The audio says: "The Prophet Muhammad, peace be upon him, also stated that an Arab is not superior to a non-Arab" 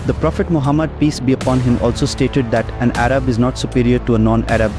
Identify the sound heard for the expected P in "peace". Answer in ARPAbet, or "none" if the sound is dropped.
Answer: P